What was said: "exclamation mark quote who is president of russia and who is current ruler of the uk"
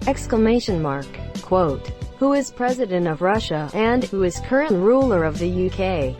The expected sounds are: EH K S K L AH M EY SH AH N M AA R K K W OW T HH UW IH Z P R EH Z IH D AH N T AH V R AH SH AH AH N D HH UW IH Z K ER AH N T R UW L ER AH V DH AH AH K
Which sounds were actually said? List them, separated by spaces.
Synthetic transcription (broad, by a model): EH K S K L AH M EY SH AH N M AA R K K W OW T HH UW IH Z P R EH Z IH D AH N T AH V R AH SH AH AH N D HH UW IH Z K ER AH N R UW L ER AH V DH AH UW K